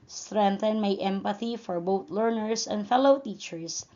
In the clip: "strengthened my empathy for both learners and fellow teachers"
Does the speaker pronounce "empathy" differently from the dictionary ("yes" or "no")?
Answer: no